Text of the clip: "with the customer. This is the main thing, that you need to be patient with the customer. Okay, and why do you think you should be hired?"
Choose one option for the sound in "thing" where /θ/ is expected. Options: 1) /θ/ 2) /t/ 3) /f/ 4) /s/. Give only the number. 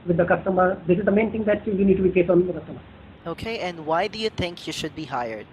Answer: 2